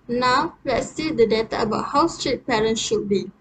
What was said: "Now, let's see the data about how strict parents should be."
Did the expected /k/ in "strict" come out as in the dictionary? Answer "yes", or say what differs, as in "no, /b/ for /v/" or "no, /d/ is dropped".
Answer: no, /k/ is dropped